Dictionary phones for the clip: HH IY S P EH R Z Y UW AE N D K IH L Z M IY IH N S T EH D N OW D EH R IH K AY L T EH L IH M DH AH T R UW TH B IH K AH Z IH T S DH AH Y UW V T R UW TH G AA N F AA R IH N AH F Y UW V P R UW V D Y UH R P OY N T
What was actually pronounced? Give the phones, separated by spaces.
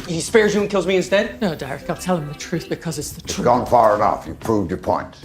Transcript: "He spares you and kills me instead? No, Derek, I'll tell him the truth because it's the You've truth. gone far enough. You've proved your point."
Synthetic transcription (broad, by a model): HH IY S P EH R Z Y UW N K IH L Z M IY IH N S T EH D N OW D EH R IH K AY L T EH L IH M DH AH T R UW TH B IH K AH Z IH T S DH AH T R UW G AA N F AA R IH N AH F Y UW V P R UW V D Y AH R P OY N T